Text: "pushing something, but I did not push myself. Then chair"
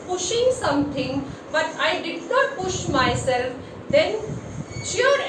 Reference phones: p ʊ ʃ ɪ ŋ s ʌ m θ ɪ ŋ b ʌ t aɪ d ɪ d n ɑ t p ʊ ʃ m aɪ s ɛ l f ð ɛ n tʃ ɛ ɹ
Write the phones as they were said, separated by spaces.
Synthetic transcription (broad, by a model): p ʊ ʃ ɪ ŋ s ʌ m t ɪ ŋ b ʌ t aɪ d ɪ d n ɑ t p ʊ ʃ m aɪ s ɛ l f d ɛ n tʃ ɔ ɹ